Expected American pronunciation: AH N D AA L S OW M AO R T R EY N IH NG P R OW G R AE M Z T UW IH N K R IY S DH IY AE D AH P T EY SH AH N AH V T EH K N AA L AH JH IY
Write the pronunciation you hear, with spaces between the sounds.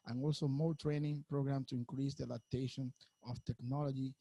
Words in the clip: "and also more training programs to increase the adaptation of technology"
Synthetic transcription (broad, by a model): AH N AA L S OW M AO T R EY N IH NG P R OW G R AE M T UW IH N K R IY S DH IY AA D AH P T EY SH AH N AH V T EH K N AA L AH JH IY